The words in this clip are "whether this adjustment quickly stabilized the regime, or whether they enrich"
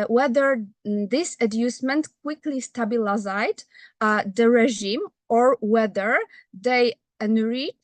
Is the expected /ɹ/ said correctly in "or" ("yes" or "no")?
yes